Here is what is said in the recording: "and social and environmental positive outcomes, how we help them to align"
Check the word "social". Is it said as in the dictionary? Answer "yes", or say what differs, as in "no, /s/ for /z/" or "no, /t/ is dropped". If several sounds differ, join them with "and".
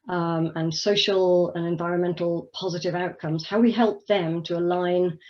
yes